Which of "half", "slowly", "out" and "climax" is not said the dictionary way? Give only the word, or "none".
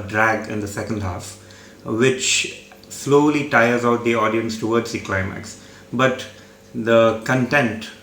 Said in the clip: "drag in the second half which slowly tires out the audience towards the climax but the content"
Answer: none